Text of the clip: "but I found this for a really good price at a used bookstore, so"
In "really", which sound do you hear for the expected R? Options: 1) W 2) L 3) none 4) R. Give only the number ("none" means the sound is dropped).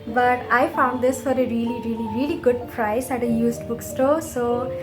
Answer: 4